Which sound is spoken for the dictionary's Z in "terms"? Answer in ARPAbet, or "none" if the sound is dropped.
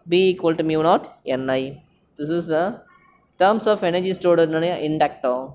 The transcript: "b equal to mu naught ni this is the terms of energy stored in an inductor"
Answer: S